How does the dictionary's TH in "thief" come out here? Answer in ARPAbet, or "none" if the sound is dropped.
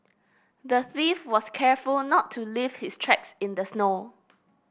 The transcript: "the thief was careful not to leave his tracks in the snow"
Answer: TH